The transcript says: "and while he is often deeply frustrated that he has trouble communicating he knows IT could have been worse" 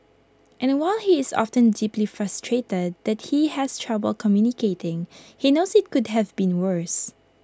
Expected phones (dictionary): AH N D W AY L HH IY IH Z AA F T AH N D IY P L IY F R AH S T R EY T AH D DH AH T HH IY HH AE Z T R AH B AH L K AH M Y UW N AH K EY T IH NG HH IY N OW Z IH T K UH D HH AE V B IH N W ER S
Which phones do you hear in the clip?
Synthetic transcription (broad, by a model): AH N W AY L HH IY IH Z AA F T AH N D IY P L IY F R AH S T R EY T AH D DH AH T HH IY HH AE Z T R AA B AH L K AH M Y UW N AH K EY T IH NG HH IY N OW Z IH T K UH D HH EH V B IH N W ER S